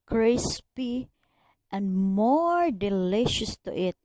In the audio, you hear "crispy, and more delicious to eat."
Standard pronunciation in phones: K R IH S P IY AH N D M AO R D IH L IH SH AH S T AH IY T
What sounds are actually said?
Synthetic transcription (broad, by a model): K R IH S P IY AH N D M AO R D IH L IH SH AH S T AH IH T